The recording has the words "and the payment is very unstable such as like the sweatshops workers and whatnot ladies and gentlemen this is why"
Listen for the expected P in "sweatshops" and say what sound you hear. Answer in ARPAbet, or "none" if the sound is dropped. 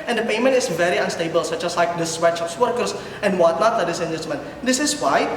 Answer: F